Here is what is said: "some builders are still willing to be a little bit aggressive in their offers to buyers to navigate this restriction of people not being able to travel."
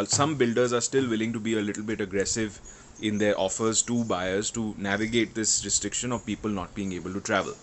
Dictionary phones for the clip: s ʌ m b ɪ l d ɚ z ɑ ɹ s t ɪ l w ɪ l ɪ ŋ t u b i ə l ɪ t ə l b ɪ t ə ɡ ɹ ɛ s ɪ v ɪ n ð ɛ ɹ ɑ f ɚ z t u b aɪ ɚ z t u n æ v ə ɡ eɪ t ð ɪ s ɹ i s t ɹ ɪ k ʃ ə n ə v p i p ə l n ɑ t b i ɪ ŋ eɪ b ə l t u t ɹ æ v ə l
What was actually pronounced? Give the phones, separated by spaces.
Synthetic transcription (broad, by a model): s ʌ m b ɪ l d ɚ z ɑ ɹ s t ɪ l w ɪ l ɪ ŋ t u b i ə l ɪ t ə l b ɪ t ə ɡ ɹ ɛ s ɪ v ɪ n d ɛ ɹ ɑ f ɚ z t u b aɪ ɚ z t u n æ v ə ɡ eɪ t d ɪ s ɹ i s t ɹ ɪ k ʃ ə n ə v p i p ə l n ɑ t b i ɪ ŋ eɪ b ə l t u t ɹ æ v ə l